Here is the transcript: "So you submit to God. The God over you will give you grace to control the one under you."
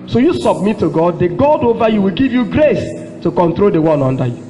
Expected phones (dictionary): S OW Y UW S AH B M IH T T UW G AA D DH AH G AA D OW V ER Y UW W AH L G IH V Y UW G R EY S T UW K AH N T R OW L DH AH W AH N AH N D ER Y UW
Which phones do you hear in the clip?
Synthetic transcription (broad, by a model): S OW Y UW S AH B M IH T T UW G AA D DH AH G AA D OW V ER Y UW W AH L G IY V Y UW G R EY S T UW K AH N T R OW L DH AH W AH N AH N D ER Y UW